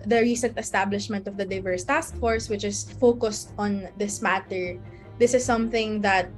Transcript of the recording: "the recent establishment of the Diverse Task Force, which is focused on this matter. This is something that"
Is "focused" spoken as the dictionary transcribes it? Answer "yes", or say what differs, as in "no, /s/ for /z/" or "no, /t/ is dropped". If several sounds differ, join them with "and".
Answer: yes